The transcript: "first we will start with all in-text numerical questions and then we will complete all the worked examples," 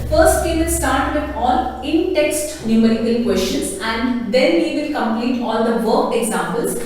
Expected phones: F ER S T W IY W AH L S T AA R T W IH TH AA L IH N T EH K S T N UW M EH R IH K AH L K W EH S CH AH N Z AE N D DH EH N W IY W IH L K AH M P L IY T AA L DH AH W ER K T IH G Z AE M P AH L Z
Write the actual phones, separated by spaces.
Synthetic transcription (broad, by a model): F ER S T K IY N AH S T AA R T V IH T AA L IH N T EH K S T N UW M EH R IH K AH L K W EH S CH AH N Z AE N D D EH N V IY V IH L K AH M P L IY T AA L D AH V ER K IH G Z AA M P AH L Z